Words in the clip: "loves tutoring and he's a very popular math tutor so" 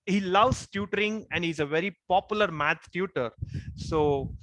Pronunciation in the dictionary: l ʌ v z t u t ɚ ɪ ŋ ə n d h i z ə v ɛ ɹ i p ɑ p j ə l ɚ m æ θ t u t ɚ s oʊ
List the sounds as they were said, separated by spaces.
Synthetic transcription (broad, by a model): l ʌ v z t u t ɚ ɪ ŋ ə n d h i z ə v ɛ ɹ i p ɑ p j ə l ɚ m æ t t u t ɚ s oʊ